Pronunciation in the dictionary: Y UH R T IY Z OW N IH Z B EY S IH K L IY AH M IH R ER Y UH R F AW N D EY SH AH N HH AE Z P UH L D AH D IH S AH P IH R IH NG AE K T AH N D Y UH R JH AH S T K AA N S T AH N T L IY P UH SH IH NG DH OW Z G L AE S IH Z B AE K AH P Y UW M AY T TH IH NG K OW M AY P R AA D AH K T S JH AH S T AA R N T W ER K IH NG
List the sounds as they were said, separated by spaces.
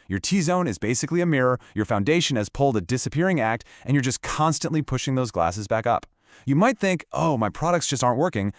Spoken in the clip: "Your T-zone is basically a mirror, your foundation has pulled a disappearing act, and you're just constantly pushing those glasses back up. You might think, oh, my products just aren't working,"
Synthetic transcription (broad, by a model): Y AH R T IY Z OW N IH Z B EY S IH K L IY AH M IH R ER Y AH R F AW N D EY SH AH N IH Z P UH L D AH D IH S AH P IH R IH NG AE K T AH N Y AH R JH AH S K AA N S T AH N T L IY P UH SH IH NG DH OW Z G L AE S IH Z B AE K AH P Y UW M AY T TH IH NG K OW M AY P R AA D AH K T S JH AH S T AA R N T W ER K IH NG